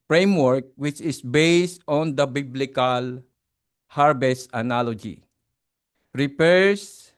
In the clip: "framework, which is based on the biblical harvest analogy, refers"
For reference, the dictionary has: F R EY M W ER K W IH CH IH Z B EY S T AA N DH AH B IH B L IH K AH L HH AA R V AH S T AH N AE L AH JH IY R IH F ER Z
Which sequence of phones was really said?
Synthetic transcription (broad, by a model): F R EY M W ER K W IH CH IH S B EY S T AA N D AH B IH B L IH K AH L HH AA R B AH S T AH N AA L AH JH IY R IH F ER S